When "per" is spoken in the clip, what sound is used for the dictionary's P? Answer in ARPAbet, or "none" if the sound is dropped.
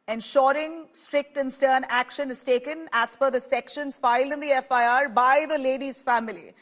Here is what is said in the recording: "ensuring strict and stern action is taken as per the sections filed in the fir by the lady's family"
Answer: F